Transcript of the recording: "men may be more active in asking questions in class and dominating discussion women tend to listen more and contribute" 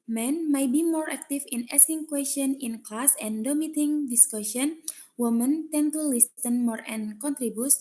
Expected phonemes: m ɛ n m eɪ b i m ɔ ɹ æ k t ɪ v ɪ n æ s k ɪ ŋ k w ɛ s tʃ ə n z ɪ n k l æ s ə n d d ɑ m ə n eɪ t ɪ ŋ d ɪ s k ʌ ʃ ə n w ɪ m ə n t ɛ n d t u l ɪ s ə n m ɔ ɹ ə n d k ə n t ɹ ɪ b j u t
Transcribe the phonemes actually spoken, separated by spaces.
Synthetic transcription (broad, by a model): m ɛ n m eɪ b i m ɔ ɹ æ k t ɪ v ɪ n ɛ s ɪ ŋ k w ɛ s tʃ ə n ɪ n k l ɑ s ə n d d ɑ m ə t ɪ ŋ d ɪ s k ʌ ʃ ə n w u m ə n t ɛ n t u l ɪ s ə n m ɔ ɹ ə n k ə n t ɹ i b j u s